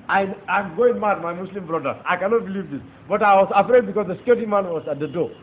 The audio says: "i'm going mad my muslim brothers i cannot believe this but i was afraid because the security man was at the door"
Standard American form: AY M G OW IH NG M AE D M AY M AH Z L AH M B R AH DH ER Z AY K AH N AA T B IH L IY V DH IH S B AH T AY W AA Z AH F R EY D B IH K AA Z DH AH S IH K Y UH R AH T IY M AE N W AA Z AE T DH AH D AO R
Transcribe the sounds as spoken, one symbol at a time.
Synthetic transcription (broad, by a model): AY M G OW IH NG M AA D M AY M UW S L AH M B R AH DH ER AY K AH N AA T B IH L IY V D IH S B AH T AY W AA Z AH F R EY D B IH K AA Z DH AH S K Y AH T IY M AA N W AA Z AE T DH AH D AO